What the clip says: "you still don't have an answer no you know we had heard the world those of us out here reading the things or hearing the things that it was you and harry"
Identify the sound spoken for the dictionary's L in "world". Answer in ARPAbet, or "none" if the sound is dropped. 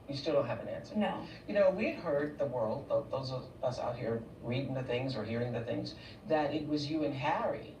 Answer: L